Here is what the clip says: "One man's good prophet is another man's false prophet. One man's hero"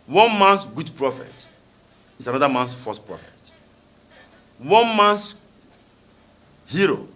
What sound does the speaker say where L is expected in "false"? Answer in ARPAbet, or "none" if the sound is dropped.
none